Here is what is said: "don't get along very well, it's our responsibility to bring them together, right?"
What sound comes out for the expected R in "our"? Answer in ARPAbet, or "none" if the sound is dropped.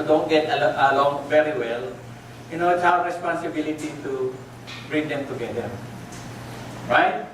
W